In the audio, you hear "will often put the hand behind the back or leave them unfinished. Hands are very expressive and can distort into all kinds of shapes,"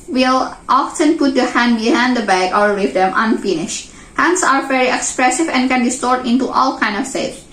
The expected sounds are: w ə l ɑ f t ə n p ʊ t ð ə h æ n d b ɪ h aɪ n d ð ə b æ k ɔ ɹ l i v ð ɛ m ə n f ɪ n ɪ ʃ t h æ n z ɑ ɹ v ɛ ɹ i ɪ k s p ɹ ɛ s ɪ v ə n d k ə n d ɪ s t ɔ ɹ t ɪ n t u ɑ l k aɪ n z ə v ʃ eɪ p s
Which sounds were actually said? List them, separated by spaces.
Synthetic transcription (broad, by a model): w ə l ɑ f t ə n p ʊ t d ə h æ n d b ɪ h aɪ n d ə b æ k ɔ ɹ w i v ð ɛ m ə n f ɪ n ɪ ʃ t h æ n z ɑ ɹ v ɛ ɹ i ɪ k s p ɹ ɛ s ɪ v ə n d k ə n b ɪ s t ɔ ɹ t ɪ n t u ɑ l k aɪ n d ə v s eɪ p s